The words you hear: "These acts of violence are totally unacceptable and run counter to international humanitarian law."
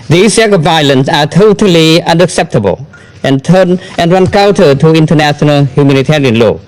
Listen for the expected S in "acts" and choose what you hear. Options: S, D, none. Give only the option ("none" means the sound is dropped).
none